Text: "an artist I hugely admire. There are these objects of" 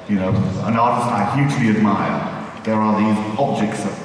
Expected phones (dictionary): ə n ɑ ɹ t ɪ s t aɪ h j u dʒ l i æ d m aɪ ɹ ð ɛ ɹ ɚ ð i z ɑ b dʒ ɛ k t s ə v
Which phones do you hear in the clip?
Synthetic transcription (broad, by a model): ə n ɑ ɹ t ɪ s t aɪ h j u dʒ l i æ d m aɪ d ð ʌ ɹ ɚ ð i z ɑ b dʒ ɛ k t s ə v